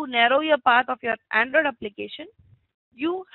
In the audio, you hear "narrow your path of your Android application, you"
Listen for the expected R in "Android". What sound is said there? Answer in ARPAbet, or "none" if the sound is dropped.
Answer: R